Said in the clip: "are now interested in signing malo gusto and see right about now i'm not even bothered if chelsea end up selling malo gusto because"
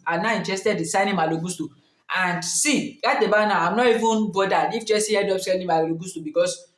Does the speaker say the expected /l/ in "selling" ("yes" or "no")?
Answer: no